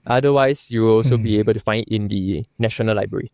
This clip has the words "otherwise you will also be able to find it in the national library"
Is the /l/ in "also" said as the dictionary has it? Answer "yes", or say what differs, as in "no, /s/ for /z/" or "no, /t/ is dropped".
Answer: yes